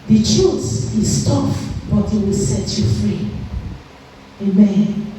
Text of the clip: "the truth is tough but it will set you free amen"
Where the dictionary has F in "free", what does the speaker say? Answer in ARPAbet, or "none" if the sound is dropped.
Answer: F